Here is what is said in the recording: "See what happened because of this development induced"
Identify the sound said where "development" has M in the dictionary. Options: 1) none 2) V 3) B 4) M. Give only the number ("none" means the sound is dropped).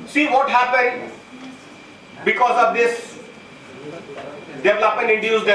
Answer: 1